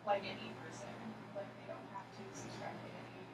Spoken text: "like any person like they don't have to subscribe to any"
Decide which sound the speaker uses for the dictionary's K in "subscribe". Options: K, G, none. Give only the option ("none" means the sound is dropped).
none